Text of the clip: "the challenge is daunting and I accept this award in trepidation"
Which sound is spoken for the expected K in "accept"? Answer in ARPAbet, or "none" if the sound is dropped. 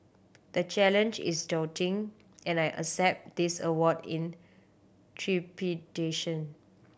none